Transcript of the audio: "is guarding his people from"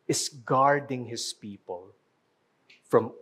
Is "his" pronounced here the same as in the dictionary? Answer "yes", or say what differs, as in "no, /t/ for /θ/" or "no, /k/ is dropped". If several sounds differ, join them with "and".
no, /s/ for /z/